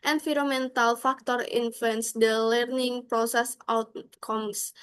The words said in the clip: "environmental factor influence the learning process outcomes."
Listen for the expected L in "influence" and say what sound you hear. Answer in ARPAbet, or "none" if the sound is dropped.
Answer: none